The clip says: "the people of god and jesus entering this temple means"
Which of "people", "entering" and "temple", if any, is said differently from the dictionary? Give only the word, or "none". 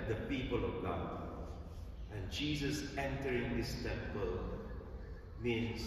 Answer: none